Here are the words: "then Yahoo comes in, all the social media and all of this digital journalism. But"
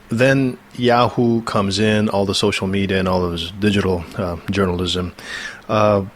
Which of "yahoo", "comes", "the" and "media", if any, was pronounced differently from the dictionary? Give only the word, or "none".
none